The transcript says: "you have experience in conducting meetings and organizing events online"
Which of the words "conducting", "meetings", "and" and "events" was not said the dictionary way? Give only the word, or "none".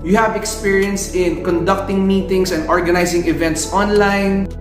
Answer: meetings